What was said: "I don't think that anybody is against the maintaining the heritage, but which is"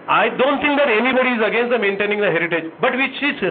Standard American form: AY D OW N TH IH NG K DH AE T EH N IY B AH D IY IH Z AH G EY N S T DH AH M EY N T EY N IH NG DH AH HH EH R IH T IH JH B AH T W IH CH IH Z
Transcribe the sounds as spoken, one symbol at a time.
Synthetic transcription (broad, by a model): AY D OW N T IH NG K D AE T EH N IY B AH D IY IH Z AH G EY N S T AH M EY N T EY N IH NG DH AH HH EH R IH T IH JH B AH T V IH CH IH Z